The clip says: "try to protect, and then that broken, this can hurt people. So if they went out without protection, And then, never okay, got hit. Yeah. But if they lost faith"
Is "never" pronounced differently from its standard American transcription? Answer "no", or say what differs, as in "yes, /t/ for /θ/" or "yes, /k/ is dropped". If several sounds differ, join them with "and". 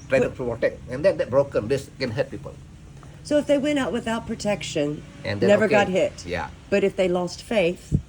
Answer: no